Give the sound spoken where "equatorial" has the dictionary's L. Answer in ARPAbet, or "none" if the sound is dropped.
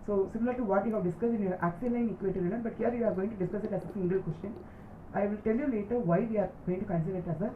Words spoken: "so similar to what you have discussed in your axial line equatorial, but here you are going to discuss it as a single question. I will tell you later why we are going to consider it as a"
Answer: N